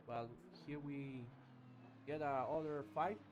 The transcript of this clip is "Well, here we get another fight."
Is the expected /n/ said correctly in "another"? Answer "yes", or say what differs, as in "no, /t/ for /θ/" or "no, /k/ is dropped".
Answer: no, /n/ is dropped